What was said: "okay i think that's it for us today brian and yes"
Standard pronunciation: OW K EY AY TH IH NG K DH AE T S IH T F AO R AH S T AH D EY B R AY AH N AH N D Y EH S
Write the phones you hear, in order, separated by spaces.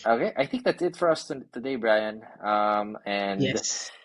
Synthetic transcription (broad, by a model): OW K EY AY TH IH NG K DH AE T S IH T F AO R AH S T AH D EY B R AY AH N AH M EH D